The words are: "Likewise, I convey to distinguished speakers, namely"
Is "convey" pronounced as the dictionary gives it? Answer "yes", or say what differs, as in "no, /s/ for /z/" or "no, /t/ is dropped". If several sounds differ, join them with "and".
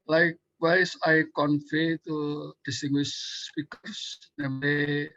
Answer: no, /f/ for /v/